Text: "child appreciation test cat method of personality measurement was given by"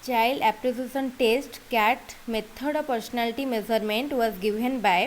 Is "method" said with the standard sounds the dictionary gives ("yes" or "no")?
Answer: no